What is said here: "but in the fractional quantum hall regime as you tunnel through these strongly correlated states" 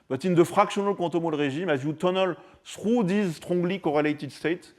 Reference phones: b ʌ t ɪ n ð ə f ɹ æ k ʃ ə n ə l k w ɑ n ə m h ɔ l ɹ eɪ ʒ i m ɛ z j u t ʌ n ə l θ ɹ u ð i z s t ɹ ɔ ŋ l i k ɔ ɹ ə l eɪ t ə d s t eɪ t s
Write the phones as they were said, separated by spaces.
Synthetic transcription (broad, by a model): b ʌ t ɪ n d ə f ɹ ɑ k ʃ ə n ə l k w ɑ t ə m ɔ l ɹ eɪ ʒ i m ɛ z j u t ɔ n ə l s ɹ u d i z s t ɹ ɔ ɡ l i k ɔ ɹ ə l eɪ t ə d s t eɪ t